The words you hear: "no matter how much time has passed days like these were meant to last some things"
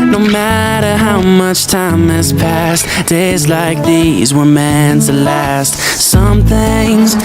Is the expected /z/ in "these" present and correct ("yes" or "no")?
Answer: yes